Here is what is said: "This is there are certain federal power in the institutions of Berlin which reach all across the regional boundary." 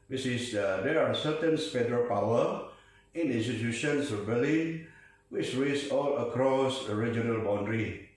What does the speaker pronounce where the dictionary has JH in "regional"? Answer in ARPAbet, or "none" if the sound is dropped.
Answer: JH